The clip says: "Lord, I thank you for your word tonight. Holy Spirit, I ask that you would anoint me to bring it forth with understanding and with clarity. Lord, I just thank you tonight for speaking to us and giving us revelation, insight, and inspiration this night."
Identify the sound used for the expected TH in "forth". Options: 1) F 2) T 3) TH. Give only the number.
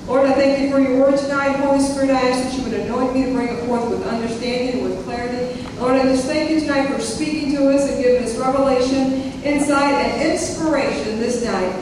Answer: 3